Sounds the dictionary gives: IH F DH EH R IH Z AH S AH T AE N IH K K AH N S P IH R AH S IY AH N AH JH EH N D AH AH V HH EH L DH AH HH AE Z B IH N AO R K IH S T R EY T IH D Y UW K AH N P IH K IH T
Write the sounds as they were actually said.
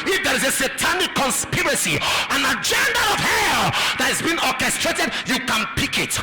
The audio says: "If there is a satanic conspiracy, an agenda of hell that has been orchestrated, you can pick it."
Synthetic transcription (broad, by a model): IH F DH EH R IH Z AH S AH T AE N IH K K AH N S P IH R AH S IY AH N AH JH EH N D AH AH V HH EH L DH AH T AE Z B IH N AO R K IH S T R EY T IH D Y UW K AH N P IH K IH T